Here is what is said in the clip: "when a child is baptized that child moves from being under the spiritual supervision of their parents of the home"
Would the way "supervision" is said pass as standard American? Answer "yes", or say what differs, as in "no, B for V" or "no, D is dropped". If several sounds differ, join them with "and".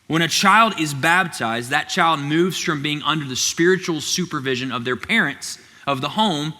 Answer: yes